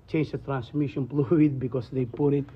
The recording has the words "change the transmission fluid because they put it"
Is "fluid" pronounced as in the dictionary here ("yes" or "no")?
no